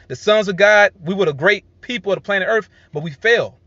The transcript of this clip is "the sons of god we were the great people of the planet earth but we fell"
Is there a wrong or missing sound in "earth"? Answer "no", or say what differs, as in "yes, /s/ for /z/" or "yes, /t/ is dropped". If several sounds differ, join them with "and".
no